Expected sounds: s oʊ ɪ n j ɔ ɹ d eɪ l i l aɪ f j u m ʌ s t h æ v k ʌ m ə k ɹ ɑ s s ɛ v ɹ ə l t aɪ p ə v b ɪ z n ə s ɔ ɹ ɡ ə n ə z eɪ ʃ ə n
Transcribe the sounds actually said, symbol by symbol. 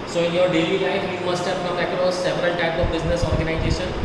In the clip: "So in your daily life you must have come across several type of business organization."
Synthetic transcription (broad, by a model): s oʊ ɪ n j ɔ ɹ d eɪ l i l aɪ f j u m ʌ s t h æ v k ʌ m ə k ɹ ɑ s s ɛ v ɹ ə l t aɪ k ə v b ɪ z n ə s ɔ ɹ ɡ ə n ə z eɪ ʃ ə n